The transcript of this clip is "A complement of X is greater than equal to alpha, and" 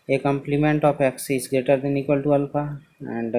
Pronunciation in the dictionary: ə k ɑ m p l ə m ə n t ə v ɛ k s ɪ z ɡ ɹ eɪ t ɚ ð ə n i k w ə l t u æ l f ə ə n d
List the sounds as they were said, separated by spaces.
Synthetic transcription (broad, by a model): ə k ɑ m p l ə m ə n t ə p ɛ k s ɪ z ɡ ɹ eɪ t ɚ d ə n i k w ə l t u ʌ l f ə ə n d